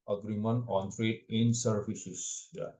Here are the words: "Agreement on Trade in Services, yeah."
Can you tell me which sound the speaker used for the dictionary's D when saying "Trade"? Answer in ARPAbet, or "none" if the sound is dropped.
none